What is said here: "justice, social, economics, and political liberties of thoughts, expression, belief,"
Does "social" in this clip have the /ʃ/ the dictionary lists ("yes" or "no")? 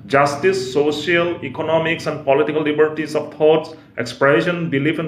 no